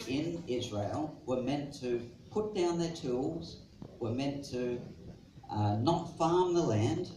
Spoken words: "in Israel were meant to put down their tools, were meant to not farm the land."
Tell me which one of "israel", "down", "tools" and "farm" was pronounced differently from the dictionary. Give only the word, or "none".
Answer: none